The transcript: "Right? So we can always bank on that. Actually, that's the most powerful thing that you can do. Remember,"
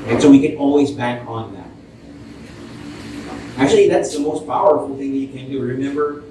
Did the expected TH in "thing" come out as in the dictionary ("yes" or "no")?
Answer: yes